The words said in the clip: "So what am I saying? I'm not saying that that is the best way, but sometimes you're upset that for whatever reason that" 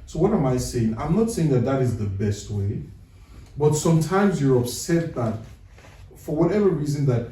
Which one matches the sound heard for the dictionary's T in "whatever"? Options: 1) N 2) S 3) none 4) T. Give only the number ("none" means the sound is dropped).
4